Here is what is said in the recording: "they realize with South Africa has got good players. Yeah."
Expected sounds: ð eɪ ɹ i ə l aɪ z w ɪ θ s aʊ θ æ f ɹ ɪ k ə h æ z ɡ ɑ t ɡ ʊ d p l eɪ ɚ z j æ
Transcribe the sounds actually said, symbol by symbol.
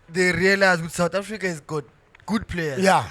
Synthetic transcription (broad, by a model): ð eɪ ɹ i ə l aɪ z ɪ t s aʊ t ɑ f ɹ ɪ k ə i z ɡ ɑ t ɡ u d p l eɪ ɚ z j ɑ